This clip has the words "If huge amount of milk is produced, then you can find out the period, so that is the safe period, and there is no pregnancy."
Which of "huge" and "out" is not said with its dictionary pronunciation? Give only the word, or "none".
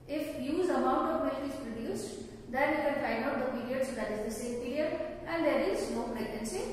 huge